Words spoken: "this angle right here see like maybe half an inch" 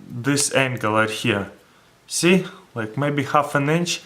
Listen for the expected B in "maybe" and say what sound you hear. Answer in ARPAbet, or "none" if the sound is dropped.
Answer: B